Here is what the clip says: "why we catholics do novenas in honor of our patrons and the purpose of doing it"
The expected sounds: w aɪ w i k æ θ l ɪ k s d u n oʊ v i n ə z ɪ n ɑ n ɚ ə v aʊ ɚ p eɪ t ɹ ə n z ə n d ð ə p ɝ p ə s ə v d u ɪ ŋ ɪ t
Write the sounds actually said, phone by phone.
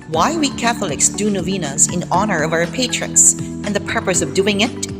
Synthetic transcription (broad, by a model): w aɪ w i k æ θ l ɪ k s d u n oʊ v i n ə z ɪ n ɑ n ɚ ə v aʊ ɚ p eɪ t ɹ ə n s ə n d ð ə p ɝ p ə s ə v d u ɪ ŋ ɪ t